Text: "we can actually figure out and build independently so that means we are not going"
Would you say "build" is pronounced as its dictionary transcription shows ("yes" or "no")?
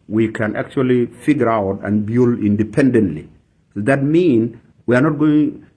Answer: no